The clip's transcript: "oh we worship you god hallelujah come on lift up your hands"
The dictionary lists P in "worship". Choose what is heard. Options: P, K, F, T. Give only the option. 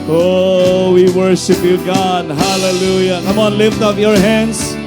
P